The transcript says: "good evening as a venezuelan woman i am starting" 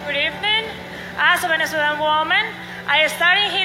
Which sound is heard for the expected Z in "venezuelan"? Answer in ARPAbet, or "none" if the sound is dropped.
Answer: S